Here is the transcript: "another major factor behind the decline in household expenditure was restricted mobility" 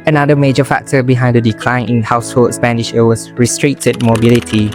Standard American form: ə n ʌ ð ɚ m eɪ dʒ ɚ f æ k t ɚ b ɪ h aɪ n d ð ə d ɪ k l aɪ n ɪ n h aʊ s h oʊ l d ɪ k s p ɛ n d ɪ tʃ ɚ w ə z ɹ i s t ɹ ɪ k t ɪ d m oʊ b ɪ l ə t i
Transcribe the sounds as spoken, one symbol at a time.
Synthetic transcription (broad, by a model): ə n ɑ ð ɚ m eɪ dʒ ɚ f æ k t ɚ b ɪ h aɪ n d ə d ɪ k l aɪ n ɪ n h aʊ s h oʊ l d s p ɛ n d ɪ ʃ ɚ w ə s ɹ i s t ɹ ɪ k t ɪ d m oʊ b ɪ l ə t i